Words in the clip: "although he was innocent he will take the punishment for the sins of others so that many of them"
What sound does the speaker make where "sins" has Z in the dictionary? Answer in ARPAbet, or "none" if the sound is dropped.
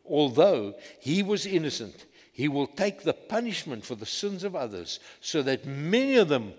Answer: Z